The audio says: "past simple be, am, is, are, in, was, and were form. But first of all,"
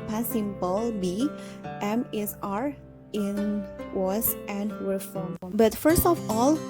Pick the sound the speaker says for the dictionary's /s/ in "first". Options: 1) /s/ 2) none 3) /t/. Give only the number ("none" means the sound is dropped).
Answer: 1